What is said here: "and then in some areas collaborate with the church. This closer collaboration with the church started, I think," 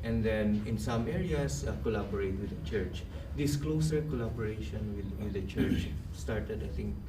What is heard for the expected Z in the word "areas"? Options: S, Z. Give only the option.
S